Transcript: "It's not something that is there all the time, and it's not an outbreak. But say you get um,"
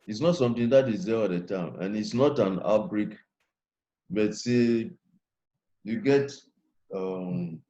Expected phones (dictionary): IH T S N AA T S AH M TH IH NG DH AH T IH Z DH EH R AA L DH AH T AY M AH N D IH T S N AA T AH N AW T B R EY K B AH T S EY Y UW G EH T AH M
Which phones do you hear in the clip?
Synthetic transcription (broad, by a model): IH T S N AA T S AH M T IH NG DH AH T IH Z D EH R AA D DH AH T AY M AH N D IH T S N AA T AH N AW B R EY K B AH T S EY Y UW G EH T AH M